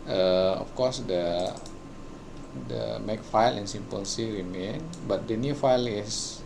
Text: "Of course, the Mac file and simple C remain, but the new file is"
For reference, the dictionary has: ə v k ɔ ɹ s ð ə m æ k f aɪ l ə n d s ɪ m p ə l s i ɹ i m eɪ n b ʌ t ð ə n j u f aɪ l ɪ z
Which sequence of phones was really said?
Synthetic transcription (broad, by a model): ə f k ɔ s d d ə m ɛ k f aɪ l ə n s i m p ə n s i ɹ i m eɪ n b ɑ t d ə n j u f aɪ l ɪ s